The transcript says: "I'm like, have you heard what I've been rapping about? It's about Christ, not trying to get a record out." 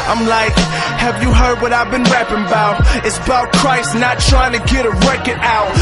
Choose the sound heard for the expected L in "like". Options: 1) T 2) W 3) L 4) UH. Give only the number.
3